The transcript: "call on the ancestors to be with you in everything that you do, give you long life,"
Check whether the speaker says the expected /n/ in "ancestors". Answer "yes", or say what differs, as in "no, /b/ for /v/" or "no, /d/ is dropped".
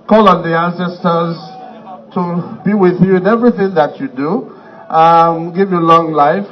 yes